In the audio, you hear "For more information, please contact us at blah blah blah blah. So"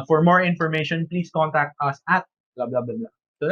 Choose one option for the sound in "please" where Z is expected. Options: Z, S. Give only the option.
S